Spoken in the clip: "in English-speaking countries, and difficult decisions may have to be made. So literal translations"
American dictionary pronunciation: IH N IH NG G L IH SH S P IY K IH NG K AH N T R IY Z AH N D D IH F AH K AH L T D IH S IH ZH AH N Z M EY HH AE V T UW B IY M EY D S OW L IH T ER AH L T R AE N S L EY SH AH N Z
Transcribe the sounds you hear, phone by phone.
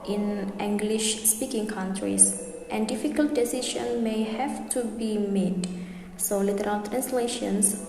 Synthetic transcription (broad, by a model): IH N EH NG G L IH SH S P IY K IH NG K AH N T R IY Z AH N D D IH F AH K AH L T D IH S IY SH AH N M EY HH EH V T UW B IY M EY D S OW L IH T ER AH L T R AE N S L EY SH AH N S